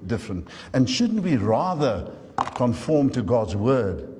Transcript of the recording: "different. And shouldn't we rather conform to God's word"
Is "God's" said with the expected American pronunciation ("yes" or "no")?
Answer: yes